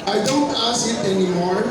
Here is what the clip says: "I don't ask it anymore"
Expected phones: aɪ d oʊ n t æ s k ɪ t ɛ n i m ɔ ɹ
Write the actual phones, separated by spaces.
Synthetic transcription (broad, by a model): aɪ d oʊ n t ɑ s ɪ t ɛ n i m ɔ ɹ